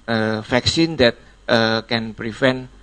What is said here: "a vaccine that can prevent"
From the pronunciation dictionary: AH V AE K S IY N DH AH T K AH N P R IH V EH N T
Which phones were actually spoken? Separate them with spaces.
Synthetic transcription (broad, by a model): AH F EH K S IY N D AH T K AH N P R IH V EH N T